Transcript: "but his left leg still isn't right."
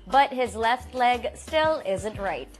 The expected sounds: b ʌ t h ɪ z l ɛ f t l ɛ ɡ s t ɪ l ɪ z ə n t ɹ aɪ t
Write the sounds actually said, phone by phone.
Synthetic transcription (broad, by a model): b ʌ t h ɪ z l ɛ f t l ɛ ɡ s t ɪ l ɪ z ə n t ɹ aɪ t